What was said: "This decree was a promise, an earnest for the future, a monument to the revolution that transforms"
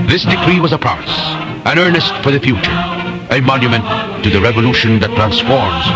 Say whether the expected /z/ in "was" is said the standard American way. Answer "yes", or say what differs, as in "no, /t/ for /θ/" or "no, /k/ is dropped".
yes